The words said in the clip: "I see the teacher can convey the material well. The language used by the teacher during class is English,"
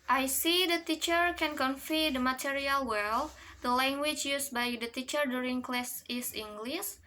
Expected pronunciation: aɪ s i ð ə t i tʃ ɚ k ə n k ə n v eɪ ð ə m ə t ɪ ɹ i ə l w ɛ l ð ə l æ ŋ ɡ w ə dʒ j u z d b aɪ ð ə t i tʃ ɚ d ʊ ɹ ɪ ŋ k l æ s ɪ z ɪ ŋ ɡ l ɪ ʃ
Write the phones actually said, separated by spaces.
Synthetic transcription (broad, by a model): aɪ s i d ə t i tʃ ɚ k ə n k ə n f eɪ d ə m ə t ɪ ɹ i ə l w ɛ l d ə l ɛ ŋ ɡ w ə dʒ j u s b aɪ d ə t i tʃ ɚ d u ɹ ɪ ŋ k l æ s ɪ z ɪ ŋ ɡ l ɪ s